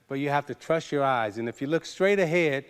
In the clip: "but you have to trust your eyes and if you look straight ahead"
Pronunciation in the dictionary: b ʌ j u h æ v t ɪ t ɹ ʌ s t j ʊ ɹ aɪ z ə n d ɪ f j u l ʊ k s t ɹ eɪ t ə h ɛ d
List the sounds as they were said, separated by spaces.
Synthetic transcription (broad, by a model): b ʌ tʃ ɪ h æ f t ɪ t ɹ ʌ s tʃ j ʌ ɹ aɪ z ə n ɪ f j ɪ l ʊ k s t ɹ eɪ t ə h ɛ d